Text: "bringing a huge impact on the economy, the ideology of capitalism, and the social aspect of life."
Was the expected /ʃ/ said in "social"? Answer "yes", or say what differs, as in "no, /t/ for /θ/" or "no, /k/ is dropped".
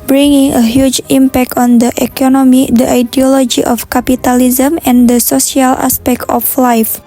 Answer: no, /s/ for /ʃ/